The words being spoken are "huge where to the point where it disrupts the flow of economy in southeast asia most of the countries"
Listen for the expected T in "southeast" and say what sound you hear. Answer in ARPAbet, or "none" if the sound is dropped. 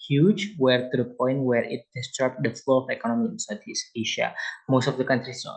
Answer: none